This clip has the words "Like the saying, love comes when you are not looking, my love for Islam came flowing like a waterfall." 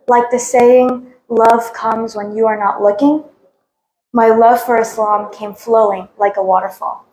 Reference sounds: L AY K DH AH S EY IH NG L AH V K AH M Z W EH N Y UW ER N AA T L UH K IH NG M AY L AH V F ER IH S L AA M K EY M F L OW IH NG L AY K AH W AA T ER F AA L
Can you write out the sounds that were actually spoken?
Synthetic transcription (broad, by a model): L AY K DH AH S EY IH NG L AH V K AH M Z W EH N Y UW ER N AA T L UH K IH NG M AY L AH V F ER IH S L AA M K EY M F L OW IH NG L AY K AH W AA T ER F AA L